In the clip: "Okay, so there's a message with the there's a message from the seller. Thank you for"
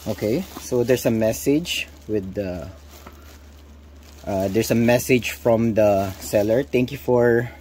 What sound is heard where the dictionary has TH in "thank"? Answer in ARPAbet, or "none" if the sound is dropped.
T